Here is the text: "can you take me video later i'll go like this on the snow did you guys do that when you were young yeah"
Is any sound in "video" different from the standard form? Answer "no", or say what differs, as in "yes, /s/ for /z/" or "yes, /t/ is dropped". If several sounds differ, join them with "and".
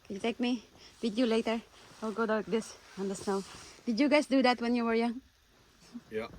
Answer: yes, /w/ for /v/